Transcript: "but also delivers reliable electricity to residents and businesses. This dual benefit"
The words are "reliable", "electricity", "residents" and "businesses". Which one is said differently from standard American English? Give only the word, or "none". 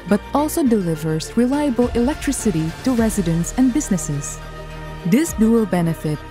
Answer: none